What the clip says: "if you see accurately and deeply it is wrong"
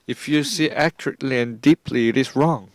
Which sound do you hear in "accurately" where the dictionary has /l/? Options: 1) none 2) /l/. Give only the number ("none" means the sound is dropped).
2